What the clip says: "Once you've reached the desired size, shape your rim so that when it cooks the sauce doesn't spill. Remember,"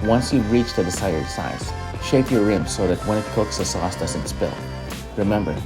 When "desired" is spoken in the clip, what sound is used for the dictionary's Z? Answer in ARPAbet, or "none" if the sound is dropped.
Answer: S